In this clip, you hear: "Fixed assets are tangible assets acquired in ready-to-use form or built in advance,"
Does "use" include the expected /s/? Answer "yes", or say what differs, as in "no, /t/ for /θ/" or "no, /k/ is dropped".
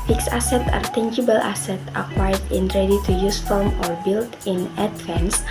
yes